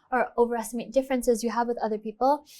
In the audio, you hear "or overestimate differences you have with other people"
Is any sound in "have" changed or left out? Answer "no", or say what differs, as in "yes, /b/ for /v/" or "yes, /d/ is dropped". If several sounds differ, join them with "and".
no